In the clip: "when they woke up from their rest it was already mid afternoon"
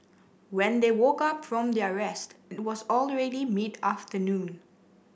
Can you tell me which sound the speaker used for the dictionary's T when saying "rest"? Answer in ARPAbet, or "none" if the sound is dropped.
T